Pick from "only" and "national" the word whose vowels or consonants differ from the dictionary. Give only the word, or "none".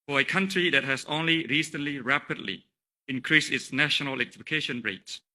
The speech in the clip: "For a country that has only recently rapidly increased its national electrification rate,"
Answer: national